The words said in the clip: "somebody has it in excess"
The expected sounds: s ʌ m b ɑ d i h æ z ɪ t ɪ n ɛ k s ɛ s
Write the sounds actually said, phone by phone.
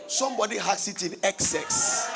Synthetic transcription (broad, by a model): s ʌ m b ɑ d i h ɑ s ɪ t ɪ n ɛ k s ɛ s